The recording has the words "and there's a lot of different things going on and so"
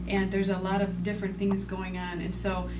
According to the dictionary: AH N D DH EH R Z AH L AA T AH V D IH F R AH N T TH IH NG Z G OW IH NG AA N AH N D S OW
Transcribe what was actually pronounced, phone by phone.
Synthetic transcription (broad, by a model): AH N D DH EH R Z AH L AA T AH V D IH F R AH N TH IH NG Z G OW IH NG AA N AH N S OW